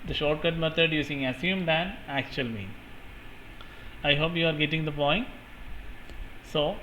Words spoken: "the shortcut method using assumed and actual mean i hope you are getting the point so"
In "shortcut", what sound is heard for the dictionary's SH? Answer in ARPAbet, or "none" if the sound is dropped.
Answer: SH